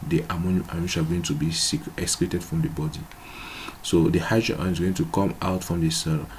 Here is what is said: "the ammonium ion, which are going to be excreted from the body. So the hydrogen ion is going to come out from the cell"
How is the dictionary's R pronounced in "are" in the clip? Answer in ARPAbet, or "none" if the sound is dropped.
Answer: L